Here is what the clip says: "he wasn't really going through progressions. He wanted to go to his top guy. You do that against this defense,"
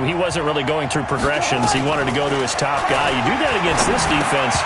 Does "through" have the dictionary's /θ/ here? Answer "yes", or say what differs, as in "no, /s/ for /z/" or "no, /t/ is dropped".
yes